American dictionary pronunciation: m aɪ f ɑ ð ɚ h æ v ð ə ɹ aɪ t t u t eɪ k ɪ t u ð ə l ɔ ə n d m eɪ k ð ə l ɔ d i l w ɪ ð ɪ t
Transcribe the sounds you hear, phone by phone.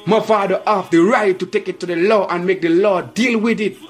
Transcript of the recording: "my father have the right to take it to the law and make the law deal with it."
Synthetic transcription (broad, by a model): m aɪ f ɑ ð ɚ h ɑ f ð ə ɹ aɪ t t u t eɪ k ɪ t u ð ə l ɔ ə n m eɪ k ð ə l ɔ d i l w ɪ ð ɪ t